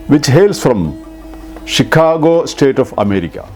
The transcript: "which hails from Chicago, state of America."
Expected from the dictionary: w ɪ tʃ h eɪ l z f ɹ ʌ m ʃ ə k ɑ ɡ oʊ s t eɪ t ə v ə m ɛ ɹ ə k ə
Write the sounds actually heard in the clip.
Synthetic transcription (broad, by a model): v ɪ tʃ h eɪ l s f ɹ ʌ m ʃ ə k ɑ ɡ oʊ s t eɪ t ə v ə m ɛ ɹ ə k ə